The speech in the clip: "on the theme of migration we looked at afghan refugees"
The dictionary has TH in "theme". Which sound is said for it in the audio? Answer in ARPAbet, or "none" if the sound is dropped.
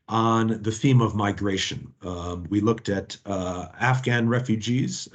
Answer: TH